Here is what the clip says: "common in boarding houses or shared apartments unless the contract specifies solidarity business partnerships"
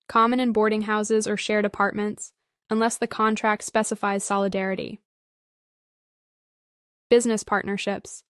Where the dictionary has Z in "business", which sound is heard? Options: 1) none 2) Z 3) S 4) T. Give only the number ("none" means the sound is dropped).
2